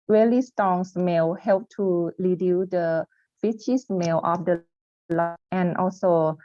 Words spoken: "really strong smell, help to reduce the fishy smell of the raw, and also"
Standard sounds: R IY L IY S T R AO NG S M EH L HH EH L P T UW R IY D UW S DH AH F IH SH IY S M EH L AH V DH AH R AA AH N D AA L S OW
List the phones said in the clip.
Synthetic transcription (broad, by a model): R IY L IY S T AO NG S M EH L HH EH L P T UW L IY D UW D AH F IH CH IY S M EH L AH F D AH L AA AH N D AA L S OW